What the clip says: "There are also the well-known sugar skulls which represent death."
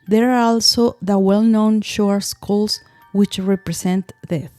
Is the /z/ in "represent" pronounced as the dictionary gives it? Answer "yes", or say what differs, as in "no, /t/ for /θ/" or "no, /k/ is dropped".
no, /s/ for /z/